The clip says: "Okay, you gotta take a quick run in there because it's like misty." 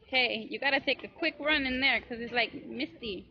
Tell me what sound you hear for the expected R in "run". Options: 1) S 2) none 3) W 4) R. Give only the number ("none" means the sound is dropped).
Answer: 4